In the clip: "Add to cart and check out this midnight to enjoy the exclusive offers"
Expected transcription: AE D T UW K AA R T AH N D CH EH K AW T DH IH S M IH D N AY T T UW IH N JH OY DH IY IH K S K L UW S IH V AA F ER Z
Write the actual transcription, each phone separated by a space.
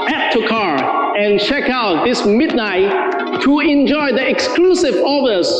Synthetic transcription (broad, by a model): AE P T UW K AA R AH N CH EH K AW T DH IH S M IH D N AY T T UW IH N JH OY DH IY IH K S K L UW S IH V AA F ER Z